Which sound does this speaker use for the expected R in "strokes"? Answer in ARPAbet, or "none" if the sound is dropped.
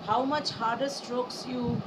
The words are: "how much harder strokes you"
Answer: R